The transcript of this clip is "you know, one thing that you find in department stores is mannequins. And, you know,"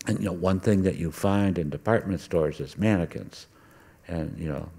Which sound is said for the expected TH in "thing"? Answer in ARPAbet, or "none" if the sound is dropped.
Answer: TH